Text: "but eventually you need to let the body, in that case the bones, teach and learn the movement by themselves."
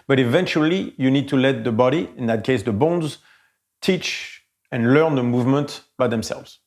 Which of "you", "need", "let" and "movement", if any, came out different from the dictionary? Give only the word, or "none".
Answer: none